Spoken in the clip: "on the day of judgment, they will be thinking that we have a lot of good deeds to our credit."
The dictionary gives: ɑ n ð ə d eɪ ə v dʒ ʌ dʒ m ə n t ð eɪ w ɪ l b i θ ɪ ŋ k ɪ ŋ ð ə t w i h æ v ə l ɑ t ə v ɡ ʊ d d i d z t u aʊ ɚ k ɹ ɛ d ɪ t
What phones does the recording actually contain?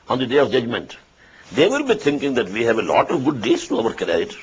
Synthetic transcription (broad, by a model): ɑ n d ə d eɪ ə v dʒ ʌ dʒ m ə n t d eɪ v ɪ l b i t ɪ ŋ k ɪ ŋ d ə t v i h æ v ə l ɑ t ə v ɡ ʊ d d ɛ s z t u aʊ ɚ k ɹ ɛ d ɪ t